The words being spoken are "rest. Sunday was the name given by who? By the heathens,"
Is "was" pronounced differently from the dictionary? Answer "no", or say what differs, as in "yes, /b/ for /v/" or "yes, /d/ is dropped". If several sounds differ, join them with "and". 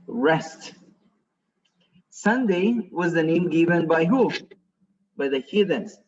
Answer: no